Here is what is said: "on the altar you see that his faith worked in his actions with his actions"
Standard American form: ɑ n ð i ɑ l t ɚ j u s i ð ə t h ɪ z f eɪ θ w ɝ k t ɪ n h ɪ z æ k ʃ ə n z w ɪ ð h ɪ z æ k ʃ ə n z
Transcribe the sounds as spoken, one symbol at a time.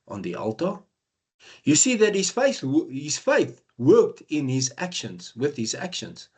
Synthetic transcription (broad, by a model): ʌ n ð i ɑ l t ɚ j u s i ð ə t h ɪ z f eɪ θ w ɝ k t ɪ n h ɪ z æ k ʃ ə n z w ɪ ð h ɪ z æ k ʃ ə n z